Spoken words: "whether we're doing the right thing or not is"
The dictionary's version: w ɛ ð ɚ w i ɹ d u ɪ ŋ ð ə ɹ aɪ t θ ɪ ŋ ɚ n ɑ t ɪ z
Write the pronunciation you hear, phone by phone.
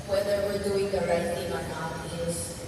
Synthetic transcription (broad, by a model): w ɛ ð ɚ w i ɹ d u ɪ ŋ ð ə ɹ aɪ t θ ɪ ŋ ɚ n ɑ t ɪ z